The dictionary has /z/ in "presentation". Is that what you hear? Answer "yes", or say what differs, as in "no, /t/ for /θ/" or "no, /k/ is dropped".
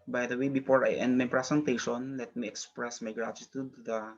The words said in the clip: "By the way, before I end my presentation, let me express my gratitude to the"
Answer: no, /s/ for /z/